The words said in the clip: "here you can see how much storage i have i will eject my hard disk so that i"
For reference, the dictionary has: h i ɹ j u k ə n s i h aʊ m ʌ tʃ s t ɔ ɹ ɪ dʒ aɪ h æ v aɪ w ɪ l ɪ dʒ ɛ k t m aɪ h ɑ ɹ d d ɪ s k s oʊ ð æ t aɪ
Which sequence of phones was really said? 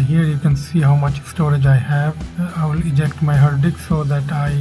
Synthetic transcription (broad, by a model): h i ɹ j u k ə n s i h aʊ m ʌ tʃ s t ɔ ɹ ɪ dʒ aɪ h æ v aɪ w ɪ l ɪ dʒ ɛ k t m aɪ h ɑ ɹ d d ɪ k s oʊ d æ t aɪ